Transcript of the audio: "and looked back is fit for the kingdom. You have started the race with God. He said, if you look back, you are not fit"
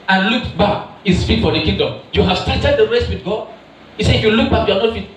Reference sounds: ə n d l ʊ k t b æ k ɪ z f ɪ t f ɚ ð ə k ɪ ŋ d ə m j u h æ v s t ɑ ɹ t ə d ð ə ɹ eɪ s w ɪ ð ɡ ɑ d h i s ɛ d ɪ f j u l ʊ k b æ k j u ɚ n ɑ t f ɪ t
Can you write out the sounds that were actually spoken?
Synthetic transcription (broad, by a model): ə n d l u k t b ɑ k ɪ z f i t f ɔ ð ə k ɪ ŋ d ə m j u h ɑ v s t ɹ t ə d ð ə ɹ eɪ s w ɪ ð ɡ ɑ d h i s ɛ ɪ f j u l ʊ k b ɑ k j u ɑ n ɑ t f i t